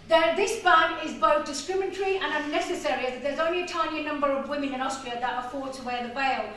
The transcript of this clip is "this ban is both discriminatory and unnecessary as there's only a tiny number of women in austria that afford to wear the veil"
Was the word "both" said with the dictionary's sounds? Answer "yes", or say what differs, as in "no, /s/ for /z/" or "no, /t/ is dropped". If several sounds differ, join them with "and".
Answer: yes